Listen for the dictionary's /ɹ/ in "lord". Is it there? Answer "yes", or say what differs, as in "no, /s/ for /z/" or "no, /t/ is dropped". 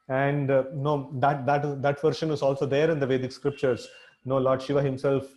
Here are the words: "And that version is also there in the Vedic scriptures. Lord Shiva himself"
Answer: no, /l/ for /ɹ/